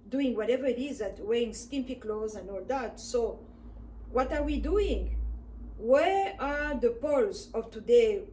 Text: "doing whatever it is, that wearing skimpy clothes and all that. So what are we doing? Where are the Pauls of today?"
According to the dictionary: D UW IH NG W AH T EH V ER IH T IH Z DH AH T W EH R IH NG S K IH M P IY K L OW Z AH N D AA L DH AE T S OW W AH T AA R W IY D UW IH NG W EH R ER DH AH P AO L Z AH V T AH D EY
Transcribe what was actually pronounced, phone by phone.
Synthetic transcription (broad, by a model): D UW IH NG W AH T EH V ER IH T IH Z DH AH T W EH IH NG S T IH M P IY K L OW Z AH N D AA L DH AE T S OW W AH T AA R W IY D UW IH NG W EH R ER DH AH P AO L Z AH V T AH D EY